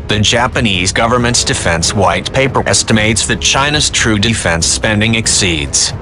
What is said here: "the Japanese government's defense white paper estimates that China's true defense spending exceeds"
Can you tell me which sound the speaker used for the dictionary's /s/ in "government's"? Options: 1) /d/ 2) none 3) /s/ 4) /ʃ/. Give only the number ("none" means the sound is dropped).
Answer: 3